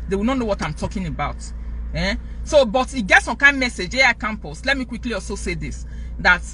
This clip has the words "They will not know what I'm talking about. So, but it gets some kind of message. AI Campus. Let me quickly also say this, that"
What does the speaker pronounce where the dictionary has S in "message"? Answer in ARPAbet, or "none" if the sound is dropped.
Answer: S